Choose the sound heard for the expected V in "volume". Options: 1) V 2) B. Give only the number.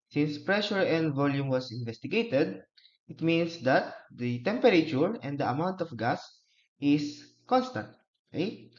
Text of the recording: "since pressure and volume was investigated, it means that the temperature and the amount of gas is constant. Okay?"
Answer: 1